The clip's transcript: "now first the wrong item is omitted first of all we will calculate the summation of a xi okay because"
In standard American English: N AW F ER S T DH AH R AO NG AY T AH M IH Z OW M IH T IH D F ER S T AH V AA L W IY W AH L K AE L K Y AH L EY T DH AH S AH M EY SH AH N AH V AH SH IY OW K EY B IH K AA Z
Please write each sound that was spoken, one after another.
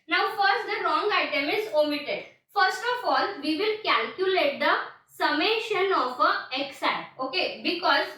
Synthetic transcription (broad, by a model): N AW F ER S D AH R AO NG AY T AH M IH Z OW M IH T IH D F ER S T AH F AA L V IY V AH L K AE L K Y AH L EY T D AH S AH M EY SH AH N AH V AH S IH OW K EY B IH K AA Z